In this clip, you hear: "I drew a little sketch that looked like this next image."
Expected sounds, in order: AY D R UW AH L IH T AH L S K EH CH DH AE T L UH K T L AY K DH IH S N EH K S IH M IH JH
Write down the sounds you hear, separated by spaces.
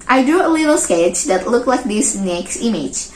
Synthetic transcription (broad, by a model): AY D R UW AH L IH T AH L S K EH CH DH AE T L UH K L AY K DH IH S N EH K S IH M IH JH